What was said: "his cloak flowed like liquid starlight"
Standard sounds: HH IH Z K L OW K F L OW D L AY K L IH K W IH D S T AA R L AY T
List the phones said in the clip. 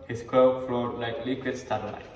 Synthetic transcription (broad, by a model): HH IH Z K OW F L OW D L AY K L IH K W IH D S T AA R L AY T